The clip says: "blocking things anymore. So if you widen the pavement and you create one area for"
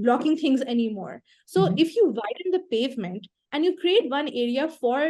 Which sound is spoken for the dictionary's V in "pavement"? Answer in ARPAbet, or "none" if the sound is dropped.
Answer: V